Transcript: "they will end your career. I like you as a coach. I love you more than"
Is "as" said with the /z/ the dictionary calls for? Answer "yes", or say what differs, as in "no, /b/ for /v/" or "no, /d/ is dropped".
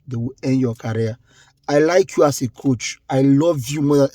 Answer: no, /s/ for /z/